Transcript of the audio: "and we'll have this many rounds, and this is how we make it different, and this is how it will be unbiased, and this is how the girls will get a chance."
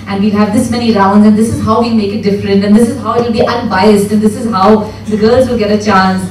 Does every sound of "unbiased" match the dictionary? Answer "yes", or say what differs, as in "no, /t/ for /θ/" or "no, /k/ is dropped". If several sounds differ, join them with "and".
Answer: yes